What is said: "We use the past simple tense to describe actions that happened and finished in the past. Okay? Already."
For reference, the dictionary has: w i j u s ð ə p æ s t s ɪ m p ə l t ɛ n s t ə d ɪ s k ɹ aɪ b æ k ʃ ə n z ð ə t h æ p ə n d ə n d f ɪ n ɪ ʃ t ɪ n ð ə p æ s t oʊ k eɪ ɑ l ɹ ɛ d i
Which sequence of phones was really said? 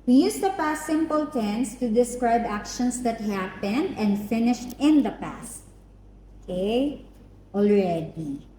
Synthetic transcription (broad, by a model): w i j u s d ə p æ s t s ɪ m p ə l t ɛ n s t ə d ɪ s k ɹ aɪ b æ k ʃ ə n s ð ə t h æ p ə n d ə n d f ɪ n ɪ ʃ t ɪ n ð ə p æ s t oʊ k eɪ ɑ l ɹ ɛ d i